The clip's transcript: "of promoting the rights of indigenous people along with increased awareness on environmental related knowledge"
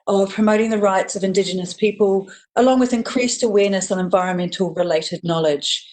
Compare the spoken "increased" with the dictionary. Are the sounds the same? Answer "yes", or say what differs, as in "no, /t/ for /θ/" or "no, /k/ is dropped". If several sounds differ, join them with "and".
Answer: yes